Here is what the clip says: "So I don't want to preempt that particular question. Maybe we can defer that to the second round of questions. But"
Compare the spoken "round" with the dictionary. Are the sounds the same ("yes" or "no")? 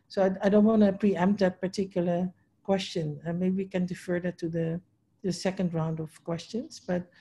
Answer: yes